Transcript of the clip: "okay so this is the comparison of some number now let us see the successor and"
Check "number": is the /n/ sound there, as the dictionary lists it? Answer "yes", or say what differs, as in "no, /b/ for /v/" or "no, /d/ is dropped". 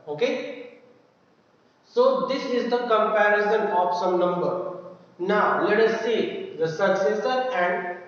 yes